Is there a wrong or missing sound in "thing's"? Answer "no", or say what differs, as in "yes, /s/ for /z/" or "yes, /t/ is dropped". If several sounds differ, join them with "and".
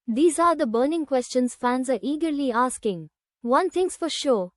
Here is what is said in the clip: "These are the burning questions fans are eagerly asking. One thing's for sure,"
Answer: yes, /t/ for /θ/